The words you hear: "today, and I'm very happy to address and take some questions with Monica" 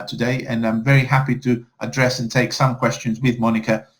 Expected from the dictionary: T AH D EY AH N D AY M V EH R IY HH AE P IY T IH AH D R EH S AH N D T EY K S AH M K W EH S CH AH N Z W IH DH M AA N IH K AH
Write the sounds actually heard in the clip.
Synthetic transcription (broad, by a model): T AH D EY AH N AY M V EH R IY HH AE P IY T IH AH D R EH S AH N T EY K S AH M K W EH S CH AH N Z W IH DH M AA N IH K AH